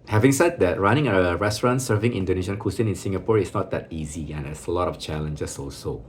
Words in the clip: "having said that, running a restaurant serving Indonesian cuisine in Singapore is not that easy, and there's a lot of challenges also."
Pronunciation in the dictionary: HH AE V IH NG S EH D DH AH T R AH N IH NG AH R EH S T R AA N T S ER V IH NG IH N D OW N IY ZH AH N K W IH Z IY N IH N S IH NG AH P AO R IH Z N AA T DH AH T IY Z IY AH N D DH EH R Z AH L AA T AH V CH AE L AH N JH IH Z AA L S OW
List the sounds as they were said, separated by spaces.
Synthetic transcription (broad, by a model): HH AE V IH NG S EH D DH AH T R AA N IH NG AH R EH S T R AA N T S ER V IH NG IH N D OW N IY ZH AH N K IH S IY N IH N S IH NG AH P AO R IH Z N AA T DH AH T IY Z IY AH N D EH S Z AH L AA T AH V CH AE L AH N JH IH S AA L S OW